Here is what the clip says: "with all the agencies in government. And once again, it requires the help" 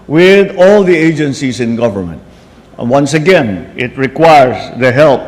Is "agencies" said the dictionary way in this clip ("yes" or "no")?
no